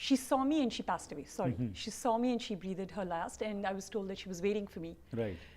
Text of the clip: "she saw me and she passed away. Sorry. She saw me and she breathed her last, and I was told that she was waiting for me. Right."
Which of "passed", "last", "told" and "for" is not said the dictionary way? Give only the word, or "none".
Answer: none